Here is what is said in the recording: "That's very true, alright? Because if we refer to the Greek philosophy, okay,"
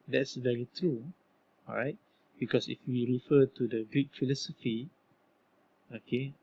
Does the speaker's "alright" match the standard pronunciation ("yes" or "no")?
no